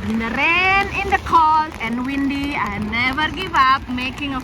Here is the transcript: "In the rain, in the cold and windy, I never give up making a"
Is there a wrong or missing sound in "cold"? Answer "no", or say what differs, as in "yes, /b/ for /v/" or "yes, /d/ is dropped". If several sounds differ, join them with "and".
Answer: yes, /d/ is dropped